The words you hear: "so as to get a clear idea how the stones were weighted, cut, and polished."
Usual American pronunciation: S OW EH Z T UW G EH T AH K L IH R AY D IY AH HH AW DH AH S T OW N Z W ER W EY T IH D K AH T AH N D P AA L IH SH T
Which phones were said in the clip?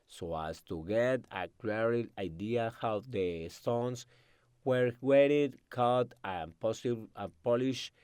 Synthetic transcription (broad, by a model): S OW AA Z T UW G EH T AH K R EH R AY D IY AH HH AW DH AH S T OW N S W ER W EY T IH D K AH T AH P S P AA L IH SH